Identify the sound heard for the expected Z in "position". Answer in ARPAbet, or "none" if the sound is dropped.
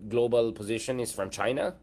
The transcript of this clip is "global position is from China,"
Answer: Z